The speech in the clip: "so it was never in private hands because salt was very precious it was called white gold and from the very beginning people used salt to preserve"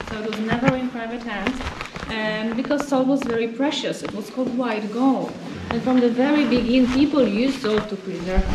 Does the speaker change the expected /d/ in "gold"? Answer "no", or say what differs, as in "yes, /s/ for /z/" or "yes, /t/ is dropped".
yes, /d/ is dropped